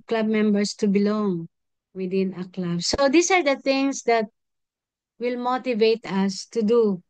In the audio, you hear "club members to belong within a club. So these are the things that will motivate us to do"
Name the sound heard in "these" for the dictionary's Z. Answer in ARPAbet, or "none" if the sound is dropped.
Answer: S